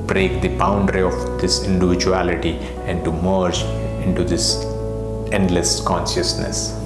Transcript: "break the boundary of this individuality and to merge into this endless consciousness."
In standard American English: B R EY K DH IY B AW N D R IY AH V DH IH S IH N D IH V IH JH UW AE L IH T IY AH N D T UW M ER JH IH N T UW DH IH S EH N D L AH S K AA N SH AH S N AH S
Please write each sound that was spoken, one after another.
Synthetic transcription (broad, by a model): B R EY K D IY B AW N D R IY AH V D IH S IH N D IH V IH JH UW AE L IH T IY AH N D T UW M ER JH IH N T UW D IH S EH N D L AH S K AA N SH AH S N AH S